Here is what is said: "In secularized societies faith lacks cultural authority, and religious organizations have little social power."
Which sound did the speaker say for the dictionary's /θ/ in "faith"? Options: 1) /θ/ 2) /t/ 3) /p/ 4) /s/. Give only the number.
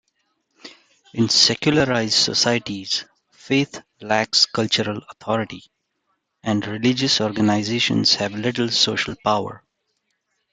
2